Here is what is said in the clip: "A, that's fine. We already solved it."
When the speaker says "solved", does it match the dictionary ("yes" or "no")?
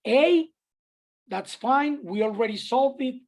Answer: no